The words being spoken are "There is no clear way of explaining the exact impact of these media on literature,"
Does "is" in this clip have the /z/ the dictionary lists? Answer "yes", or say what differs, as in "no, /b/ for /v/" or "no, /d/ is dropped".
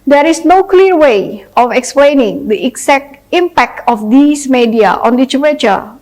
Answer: no, /s/ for /z/